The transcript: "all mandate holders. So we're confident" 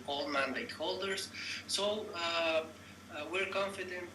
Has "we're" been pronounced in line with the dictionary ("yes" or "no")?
yes